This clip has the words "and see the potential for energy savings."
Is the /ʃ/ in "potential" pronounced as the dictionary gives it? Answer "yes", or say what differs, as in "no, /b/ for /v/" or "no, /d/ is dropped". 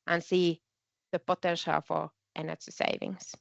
yes